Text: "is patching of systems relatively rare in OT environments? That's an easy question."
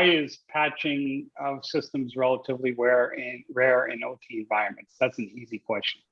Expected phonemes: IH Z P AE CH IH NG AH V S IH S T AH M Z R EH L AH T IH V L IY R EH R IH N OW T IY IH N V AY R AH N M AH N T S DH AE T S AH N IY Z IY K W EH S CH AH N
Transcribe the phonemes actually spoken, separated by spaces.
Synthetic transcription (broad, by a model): IH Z P AE CH IH NG AH V S IH S T AH M Z R EH L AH T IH V L IY R EH R IH N OW T IY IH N V AY R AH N M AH N T S DH AE T S N IY Z IY K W EH S CH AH N